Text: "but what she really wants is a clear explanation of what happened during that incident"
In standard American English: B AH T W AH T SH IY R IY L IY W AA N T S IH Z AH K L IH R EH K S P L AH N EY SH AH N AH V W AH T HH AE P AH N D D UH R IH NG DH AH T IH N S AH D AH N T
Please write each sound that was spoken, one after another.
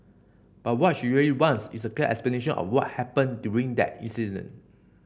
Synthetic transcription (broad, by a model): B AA T W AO T SH IY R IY L IY W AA N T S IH S AH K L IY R EH K S P L AH N EY SH AH N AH F W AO T HH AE P AH N D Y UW R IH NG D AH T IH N S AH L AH N